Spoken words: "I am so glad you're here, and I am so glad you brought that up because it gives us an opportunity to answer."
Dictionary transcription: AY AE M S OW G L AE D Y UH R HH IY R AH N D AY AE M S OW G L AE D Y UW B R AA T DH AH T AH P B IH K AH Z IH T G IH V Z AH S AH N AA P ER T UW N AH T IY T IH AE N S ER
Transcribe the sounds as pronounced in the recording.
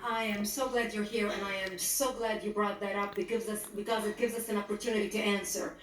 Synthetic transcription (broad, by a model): AY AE M S OW G L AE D Y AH R HH IY R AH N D AY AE M S OW G L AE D Y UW B R AA T DH AH T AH P B IH K AH Z IH T G IH V Z AH S AH N AA P ER T UW N AH T IY T IH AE N S ER